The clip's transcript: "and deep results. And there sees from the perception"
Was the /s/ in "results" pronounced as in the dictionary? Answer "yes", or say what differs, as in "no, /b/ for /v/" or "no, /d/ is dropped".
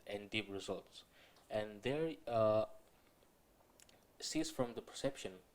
yes